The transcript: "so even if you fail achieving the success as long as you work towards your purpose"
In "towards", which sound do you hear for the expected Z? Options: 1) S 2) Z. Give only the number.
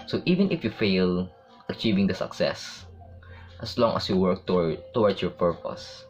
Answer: 1